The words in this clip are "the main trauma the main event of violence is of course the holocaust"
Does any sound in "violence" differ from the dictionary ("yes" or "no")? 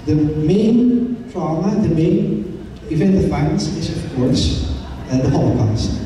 yes